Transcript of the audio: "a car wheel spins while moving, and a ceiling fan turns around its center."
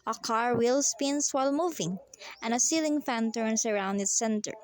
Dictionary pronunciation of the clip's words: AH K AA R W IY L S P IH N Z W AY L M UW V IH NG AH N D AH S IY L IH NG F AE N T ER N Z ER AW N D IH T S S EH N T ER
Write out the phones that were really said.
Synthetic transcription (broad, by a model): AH K AA R W IY L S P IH N S W AY L M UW V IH NG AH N AH S IY L IH NG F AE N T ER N S ER AW N D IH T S S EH N T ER